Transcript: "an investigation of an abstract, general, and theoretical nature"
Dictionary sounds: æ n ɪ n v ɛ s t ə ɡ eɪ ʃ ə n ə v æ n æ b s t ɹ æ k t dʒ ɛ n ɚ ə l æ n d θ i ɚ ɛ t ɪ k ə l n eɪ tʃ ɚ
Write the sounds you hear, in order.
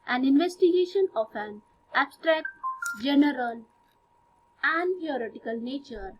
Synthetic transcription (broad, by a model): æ n ɪ n v ɛ s t ə ɡ eɪ ʃ ə n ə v æ n æ b s t ɹ æ k t dʒ ɛ n ɚ ə l æ n d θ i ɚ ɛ t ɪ k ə l n eɪ tʃ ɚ